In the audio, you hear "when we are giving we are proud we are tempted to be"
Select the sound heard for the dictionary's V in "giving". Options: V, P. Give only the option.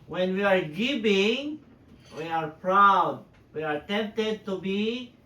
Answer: P